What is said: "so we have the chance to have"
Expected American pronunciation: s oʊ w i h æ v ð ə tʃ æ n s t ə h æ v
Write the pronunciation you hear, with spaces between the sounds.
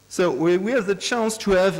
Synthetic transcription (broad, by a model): s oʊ w i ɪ v ð ə tʃ æ n s t ə v